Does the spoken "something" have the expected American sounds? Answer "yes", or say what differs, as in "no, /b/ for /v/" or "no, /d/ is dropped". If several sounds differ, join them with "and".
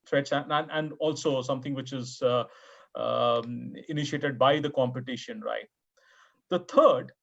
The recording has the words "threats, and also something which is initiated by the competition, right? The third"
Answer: no, /t/ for /θ/